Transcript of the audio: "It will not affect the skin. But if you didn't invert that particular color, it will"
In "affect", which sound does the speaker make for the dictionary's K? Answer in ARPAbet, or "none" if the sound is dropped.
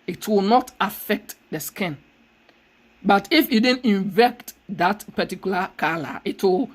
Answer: K